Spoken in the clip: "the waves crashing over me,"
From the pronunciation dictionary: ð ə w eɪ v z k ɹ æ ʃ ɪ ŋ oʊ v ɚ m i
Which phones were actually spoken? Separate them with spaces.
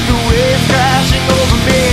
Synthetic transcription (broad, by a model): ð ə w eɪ z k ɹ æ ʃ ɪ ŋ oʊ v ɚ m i